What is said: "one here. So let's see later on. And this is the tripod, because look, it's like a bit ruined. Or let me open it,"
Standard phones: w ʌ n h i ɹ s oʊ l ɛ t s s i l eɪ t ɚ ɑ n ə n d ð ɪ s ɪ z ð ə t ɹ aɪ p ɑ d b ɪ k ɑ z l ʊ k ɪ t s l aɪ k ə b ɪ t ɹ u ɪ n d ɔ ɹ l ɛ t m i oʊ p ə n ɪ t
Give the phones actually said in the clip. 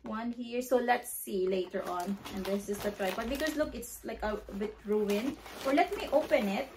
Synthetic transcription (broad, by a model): w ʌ n h i ɹ s oʊ l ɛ t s s i l eɪ t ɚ ɑ n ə n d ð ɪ s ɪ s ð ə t ɹ aɪ b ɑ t b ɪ k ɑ s l ʊ k ɪ t s l aɪ k ə b ɪ t ɹ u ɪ n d ɔ ɹ l ɛ t m i oʊ p ə n ɪ t